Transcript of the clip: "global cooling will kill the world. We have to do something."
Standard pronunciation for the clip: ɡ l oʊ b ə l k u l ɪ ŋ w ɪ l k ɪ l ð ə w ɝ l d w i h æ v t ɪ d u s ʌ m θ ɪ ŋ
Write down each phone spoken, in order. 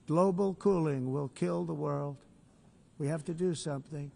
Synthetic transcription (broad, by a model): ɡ l oʊ b l k u l ɪ ŋ w ɪ l k ɪ l ð ə w ɝ l d w i h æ f t ɪ d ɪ s ʌ m θ ɪ ŋ